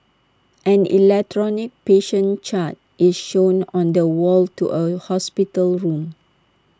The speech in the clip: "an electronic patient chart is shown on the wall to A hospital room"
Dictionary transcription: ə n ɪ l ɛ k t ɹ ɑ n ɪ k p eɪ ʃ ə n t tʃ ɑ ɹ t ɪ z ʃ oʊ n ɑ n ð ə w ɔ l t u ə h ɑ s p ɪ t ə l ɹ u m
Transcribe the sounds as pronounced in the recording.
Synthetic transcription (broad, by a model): ə n ɪ l ɛ k t ɹ ɑ n ɪ k p eɪ ʃ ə n tʃ ɑ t t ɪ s ʃ oʊ n ɑ n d ə w ɔ l t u ə h ɑ s p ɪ t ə l ɹ u m